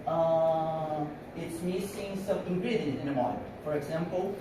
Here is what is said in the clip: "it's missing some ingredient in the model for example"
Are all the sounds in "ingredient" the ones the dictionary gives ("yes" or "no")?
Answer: no